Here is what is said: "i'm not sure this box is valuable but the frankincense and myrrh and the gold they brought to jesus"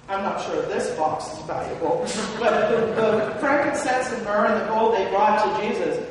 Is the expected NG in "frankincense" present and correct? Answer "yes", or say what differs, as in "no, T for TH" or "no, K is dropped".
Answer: no, NG is dropped